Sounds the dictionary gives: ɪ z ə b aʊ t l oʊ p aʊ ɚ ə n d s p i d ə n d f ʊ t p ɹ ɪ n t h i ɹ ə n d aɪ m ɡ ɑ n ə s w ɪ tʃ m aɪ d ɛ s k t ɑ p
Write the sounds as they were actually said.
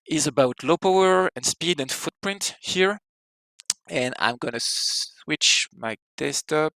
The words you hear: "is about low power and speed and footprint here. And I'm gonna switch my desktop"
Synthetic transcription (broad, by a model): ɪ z ə b aʊ t l oʊ p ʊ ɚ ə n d s p i d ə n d f ʊ t p ɹ ɪ n t h i ɹ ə n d aɪ m ɡ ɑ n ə s w ɪ tʃ m aɪ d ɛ s t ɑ p